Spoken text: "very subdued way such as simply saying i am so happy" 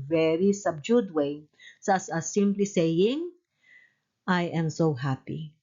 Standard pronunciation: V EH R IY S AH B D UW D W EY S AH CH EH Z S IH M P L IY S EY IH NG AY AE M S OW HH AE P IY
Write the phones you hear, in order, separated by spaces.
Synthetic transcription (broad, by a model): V EH R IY S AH B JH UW D W EY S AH S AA S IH M P L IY S EY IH NG AY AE M S OW HH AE P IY